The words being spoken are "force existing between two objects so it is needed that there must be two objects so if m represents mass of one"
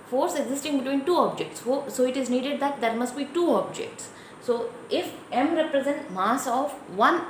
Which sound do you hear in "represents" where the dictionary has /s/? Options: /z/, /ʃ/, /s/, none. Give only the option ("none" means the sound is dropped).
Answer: none